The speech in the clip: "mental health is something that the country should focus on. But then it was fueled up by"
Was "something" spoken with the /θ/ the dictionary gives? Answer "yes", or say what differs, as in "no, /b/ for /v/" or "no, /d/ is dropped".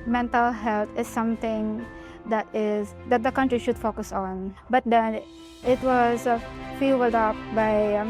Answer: no, /t/ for /θ/